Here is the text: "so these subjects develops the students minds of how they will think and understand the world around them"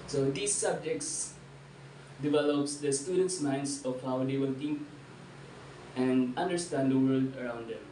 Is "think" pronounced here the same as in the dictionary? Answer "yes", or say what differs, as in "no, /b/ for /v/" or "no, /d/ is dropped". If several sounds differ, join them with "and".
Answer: no, /t/ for /θ/